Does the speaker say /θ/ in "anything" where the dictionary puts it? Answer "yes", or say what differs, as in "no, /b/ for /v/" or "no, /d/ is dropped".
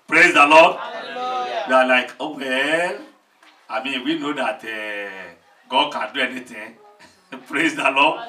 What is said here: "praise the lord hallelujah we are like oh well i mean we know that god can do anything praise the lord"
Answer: no, /t/ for /θ/